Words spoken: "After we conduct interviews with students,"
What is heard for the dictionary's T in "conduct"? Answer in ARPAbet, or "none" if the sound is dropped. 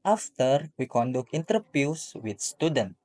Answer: none